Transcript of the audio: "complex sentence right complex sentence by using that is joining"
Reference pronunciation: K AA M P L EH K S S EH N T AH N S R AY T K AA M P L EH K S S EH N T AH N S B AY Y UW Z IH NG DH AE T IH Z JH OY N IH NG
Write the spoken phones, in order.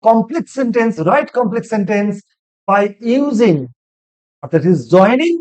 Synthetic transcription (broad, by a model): K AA M P L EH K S S EH N T AH N S R AY T K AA M P L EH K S S EH N T AH N S B AY Y UW Z IH NG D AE T IH Z JH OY N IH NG